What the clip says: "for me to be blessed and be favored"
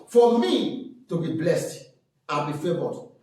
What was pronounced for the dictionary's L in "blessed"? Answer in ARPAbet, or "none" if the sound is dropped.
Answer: L